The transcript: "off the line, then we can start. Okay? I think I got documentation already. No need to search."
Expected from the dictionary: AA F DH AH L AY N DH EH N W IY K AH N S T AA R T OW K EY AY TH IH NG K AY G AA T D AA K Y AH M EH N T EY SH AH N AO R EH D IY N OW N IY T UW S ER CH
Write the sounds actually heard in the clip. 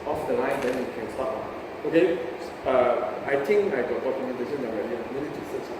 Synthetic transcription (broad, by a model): AA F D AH L AY N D EH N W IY K AH N S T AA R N OW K EY AY T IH NG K AY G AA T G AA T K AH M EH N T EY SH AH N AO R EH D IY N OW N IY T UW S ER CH